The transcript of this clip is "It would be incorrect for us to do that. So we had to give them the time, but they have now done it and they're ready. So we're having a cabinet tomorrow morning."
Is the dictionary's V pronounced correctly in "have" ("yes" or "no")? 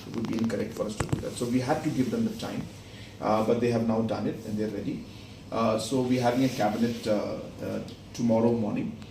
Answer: yes